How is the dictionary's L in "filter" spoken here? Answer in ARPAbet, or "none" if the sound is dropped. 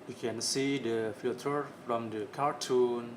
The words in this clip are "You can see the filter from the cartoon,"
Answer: none